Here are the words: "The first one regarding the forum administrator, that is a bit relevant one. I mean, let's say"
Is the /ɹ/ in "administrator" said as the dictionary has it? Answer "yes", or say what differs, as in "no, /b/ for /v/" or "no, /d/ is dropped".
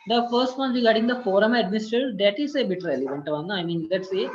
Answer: no, /ɹ/ is dropped